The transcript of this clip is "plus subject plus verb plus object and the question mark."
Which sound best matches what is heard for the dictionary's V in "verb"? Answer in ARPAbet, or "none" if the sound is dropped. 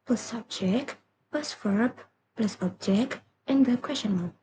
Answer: F